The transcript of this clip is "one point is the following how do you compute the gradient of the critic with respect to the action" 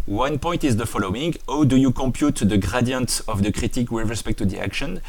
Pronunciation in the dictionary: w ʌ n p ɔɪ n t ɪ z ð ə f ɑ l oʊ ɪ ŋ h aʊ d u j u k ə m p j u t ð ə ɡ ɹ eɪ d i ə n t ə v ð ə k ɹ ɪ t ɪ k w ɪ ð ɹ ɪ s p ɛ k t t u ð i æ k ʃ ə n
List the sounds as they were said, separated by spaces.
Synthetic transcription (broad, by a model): w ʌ n p ɔɪ n t ɪ z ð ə f ɑ l oʊ ɪ ŋ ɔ d u j u k ə m p j u t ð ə ɡ ɹ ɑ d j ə n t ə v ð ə k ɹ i t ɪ k w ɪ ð ɹ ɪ s p ɛ k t t u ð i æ k ʃ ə n